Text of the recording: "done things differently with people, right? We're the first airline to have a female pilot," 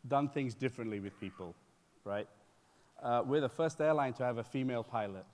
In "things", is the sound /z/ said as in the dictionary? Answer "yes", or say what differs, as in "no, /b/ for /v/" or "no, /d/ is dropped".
yes